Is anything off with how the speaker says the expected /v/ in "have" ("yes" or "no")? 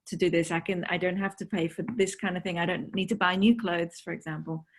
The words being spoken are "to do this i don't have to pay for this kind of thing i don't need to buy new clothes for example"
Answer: yes